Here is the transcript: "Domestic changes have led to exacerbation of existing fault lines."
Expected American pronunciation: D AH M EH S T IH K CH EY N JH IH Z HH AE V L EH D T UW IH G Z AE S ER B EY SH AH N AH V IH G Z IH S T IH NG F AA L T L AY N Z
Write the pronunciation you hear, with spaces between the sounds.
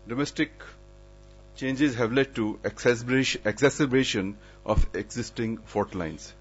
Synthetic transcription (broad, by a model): D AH M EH S T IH K CH EY N JH IH Z HH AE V L EH D T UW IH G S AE S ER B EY SH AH N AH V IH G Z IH S T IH NG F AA T L AY N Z